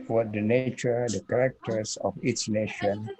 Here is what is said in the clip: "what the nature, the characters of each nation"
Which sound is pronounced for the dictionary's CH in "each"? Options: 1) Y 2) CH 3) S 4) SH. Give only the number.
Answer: 3